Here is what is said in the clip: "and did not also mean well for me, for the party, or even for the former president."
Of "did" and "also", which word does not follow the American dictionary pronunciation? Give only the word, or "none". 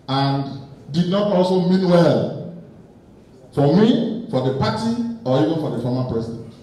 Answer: none